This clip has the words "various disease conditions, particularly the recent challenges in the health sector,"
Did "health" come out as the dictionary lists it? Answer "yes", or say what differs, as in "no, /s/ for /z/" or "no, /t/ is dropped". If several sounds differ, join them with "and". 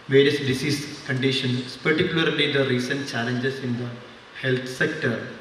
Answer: no, /t/ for /θ/